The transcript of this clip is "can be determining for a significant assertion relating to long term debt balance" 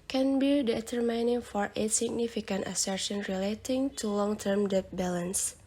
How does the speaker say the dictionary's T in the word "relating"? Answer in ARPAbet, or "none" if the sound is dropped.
T